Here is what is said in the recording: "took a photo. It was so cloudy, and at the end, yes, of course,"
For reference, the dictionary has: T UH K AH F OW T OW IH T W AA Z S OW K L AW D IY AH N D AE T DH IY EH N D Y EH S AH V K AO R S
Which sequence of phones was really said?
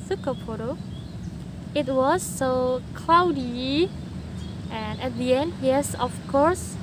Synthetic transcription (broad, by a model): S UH K AH P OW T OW IH T W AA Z S OW K L AW D IY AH N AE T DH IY EH N D Y EH S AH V K AO R S